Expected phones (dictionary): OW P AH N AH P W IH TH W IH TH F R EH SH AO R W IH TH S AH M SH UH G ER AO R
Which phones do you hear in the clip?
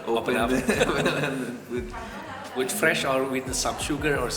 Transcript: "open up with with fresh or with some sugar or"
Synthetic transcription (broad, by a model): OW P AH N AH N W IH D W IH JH F R EH SH AO R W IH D S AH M SH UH G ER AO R